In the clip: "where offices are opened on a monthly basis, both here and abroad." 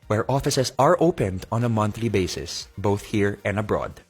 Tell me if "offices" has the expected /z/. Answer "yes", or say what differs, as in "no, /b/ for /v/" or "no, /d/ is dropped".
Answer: no, /s/ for /z/